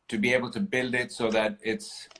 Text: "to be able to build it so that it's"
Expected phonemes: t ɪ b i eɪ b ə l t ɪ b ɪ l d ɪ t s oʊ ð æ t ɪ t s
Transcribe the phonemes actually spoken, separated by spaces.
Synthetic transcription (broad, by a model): t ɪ b i eɪ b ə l t ɪ b ɪ l d ɪ t s oʊ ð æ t ɪ t s